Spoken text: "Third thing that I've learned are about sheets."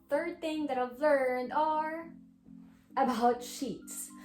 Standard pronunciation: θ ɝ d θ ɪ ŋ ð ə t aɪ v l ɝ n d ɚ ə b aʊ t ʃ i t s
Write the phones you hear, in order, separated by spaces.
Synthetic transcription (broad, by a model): θ ɝ d θ ɪ ŋ ð ə t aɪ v l ɝ n d ɚ ə b aʊ t ʃ i t s